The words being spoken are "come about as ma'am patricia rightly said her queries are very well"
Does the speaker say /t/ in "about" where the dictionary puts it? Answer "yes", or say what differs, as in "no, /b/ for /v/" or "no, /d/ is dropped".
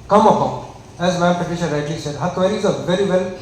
no, /t/ is dropped